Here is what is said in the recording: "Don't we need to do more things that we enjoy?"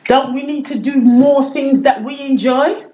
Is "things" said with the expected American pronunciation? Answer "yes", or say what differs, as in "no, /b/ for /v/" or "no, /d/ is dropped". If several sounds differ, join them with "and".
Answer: yes